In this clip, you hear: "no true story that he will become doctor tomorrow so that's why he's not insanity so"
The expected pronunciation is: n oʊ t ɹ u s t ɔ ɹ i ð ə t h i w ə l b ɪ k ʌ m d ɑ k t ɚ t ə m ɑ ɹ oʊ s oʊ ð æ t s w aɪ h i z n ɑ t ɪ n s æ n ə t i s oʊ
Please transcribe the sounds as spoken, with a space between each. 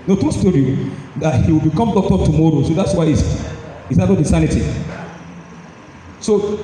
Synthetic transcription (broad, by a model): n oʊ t u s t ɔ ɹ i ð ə t h i w ə l b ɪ k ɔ m d ɑ k t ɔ t ə m ɑ ɹ oʊ s oʊ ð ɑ t s w aɪ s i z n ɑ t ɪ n s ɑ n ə t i s oʊ